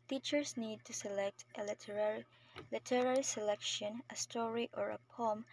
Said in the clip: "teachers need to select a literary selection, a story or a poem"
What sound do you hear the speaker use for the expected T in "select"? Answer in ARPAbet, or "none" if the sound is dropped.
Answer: T